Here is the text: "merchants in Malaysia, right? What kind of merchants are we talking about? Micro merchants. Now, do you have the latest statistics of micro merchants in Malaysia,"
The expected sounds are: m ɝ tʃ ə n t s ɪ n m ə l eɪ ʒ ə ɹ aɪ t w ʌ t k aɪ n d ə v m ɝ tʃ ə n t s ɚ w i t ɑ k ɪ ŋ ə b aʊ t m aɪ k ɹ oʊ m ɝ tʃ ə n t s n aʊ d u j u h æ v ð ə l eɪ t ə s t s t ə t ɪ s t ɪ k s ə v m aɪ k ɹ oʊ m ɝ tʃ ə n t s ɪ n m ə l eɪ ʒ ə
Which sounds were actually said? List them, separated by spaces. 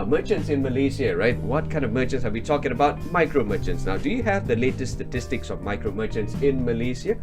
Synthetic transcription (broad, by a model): m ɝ tʃ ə n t s ɪ n m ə l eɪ s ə ɹ aɪ t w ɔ t k aɪ n d ə v m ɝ tʃ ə n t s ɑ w i t ɑ k ɪ ŋ ə b aʊ t m aɪ k ɹ oʊ m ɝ tʃ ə n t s n aʊ d u j u h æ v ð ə l eɪ t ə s s t ə t ɪ s t ɪ k s ə v m aɪ k ɹ oʊ m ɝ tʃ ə n t s ɪ n m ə l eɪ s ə